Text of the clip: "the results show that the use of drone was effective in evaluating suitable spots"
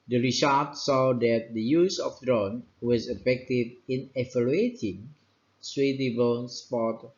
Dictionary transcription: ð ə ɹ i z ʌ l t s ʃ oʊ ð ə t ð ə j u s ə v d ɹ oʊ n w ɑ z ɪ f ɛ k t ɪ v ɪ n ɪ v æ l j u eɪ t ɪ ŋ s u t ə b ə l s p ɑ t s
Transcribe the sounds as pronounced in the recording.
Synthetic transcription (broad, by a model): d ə ɹ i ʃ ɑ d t s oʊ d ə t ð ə j u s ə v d ɹ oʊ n w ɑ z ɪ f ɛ k t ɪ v ɪ n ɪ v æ l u eɪ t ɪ ŋ s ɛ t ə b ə n s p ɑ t